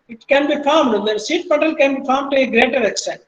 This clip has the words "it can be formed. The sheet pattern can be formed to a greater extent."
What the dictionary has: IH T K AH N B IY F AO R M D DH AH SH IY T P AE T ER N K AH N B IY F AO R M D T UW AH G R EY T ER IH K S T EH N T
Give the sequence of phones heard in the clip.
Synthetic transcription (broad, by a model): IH T K AH N B IY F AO R M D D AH S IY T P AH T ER L K AH N B IY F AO R M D T UW AH G R EY T ER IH K S T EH N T